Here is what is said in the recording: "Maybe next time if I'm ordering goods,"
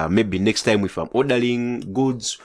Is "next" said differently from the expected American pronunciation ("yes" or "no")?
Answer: no